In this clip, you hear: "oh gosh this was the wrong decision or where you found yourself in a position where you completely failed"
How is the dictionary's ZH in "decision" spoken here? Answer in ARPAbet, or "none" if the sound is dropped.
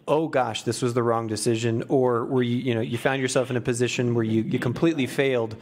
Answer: ZH